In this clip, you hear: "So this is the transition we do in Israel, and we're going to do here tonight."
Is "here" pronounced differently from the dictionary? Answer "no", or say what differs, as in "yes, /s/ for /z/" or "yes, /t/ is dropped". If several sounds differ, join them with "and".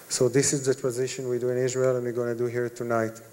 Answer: no